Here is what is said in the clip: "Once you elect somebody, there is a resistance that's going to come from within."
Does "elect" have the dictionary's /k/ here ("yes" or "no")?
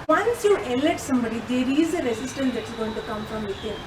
no